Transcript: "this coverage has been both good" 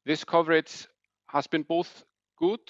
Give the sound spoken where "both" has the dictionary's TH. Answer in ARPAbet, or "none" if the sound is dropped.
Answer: TH